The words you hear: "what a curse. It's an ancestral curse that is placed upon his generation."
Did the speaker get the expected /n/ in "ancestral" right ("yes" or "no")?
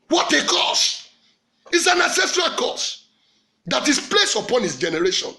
no